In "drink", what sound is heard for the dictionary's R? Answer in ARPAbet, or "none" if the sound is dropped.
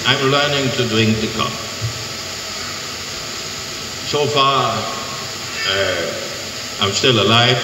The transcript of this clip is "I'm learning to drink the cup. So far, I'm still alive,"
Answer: none